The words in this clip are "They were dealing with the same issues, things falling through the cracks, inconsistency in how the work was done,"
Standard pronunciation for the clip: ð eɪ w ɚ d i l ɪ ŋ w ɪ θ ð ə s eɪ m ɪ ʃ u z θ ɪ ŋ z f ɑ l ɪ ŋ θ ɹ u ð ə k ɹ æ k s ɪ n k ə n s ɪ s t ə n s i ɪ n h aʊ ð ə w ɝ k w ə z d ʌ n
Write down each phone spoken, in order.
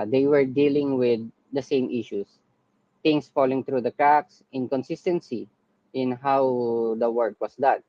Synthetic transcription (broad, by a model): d eɪ w ɚ d i l ɪ ŋ w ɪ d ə s eɪ m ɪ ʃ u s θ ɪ ŋ s f ɑ l ɪ ŋ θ ɹ u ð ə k ɹ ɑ k s ɪ n k ə n s ɪ s t ə n s i ɪ n h aʊ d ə w ɝ k w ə s d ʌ n